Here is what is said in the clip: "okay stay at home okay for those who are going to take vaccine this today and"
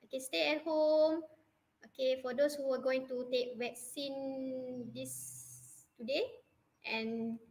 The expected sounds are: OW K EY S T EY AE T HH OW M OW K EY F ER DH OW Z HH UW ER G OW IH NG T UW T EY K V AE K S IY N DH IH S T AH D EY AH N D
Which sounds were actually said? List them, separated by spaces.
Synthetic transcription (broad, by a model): OW K EY S T EY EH T HH OW M OW K EY F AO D OW S HH UW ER G OW IH NG T UW T EY K W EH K S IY N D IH S T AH D EY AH N